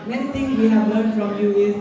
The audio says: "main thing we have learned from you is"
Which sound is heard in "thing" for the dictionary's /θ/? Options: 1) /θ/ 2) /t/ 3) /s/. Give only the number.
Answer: 2